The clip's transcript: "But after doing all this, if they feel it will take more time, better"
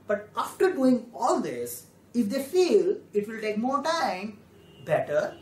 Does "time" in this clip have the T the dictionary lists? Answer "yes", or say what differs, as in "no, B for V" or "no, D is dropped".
yes